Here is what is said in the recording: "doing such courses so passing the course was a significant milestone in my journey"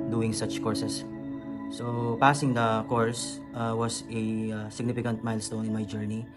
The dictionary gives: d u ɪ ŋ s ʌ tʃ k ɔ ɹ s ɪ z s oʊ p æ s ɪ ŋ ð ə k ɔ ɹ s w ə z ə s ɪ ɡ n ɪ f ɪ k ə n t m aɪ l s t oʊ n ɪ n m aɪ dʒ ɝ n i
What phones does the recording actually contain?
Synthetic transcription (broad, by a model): d u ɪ ŋ s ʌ tʃ k ɔ ɹ s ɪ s s oʊ p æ s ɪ ŋ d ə k ɔ ɹ s w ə s ə s ɪ ɡ n ɪ f ɪ k ə n t m aɪ l s t oʊ n ɪ n m aɪ dʒ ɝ n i